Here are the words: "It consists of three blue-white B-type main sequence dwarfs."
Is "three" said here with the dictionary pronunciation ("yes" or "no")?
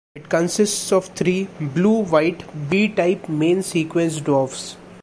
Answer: no